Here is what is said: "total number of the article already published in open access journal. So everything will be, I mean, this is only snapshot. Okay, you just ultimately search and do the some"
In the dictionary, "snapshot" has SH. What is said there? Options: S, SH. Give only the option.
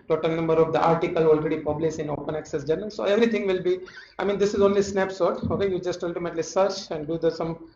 S